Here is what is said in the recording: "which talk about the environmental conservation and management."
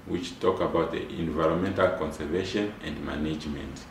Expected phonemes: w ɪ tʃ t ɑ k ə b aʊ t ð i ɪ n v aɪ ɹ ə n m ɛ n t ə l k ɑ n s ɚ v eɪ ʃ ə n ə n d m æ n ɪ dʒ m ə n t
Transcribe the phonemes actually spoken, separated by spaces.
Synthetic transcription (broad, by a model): w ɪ tʃ t ɑ k ə b aʊ t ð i ɪ n v aɪ ɹ ə n m ɛ n t ə l k ɑ n s ɚ v eɪ ʃ ə n ə n d m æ n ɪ dʒ m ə n t